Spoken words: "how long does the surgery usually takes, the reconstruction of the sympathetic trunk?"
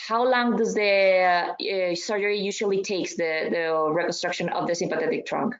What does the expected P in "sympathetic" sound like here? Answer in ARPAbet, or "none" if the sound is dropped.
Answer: P